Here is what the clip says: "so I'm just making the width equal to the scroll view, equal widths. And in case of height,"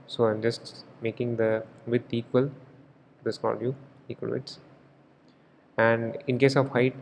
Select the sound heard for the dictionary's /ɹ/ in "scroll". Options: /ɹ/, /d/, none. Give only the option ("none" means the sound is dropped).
none